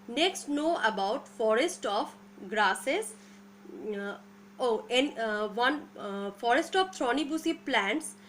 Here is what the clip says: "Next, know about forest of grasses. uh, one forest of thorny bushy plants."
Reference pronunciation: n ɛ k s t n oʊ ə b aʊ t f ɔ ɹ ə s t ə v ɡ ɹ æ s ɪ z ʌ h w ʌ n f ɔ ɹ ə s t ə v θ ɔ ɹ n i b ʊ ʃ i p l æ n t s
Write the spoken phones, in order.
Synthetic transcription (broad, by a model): n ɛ k s t n oʊ ə b aʊ t f ɔ ɹ ə s t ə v ɡ ɹ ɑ s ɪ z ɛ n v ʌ n f ɔ ɹ ə s t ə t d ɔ n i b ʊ s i p l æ n t s